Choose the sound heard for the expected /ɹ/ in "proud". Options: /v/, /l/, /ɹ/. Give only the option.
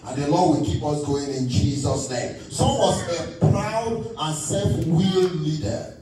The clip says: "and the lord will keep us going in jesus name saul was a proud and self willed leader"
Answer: /ɹ/